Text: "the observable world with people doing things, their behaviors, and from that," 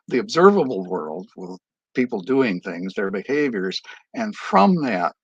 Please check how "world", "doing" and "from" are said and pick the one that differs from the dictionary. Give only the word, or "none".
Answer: none